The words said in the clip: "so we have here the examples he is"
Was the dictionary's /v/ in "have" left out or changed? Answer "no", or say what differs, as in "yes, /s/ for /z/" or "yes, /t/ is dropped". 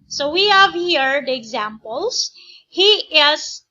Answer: no